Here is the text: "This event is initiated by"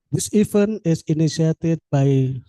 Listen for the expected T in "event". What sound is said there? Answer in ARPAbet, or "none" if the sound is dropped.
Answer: none